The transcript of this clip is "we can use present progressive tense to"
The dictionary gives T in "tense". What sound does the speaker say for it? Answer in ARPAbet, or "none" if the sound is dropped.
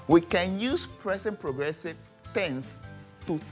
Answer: T